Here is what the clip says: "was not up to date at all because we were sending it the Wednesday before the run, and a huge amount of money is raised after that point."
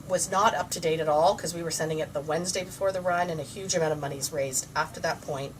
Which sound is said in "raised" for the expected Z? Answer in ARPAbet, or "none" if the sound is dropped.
Z